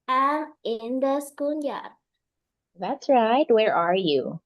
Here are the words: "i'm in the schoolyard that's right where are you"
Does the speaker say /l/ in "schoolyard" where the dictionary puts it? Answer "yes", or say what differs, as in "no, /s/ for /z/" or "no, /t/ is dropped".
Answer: no, /n/ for /l/